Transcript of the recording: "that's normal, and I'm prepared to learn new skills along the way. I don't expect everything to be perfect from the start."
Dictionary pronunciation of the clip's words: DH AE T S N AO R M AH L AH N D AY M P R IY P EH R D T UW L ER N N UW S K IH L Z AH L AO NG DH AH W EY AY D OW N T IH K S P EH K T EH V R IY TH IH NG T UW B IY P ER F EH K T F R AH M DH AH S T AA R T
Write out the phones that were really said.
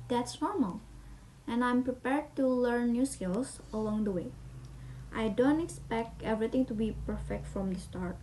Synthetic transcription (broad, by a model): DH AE T S N AO R M AH L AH N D AY M P R IY P EH R D T UW L ER N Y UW S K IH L S AH L AO NG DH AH W EY AY D OW N T IH K S P EH K T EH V R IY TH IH NG T UW B IY P ER F EH K T F R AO M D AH S T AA R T